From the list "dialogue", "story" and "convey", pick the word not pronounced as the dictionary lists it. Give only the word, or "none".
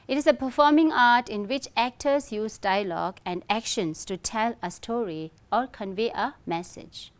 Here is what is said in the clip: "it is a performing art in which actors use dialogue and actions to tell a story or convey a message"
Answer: none